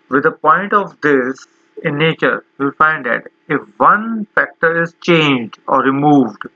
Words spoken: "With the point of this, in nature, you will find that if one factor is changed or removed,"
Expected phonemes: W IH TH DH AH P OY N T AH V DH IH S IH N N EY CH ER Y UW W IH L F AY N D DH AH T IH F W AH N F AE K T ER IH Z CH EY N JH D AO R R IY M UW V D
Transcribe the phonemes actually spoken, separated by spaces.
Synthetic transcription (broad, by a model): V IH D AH P OY N T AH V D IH S IH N N EY CH ER Y UW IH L F AY N D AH T IH F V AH N F AE K T ER IH Z CH EY N JH D AO R R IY M UW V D